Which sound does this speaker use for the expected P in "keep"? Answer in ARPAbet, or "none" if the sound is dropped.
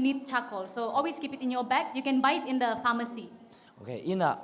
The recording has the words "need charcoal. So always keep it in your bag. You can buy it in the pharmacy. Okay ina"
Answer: P